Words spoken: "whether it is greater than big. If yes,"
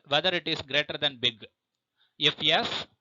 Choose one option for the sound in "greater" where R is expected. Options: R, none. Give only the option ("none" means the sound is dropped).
R